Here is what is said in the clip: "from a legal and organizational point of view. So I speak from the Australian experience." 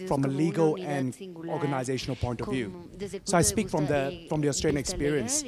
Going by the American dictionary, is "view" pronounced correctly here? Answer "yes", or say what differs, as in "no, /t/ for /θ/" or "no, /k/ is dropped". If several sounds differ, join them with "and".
yes